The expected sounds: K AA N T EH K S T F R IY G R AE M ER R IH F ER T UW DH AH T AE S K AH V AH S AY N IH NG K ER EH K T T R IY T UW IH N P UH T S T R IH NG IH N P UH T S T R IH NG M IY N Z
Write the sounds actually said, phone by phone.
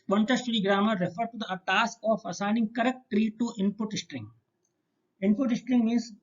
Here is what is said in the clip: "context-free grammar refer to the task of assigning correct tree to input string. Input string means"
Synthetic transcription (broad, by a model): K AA N T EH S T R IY G R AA M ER R IH F ER T UW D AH T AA S K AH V AH S AY N IH NG K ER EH K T T R IY T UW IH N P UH T S T R IH NG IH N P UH T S T R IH NG M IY N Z